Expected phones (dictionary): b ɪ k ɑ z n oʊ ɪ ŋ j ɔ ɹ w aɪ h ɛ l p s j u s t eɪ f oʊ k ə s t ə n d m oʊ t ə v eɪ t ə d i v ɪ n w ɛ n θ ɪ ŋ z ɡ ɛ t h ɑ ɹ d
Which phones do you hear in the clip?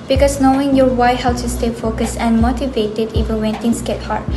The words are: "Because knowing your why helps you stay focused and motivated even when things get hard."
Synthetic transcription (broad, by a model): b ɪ k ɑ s n oʊ ɪ ŋ j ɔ w aɪ h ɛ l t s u s t eɪ f oʊ k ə s ə n m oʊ t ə v eɪ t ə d i v ɪ n w ɛ n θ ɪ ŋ s ɡ ɛ t h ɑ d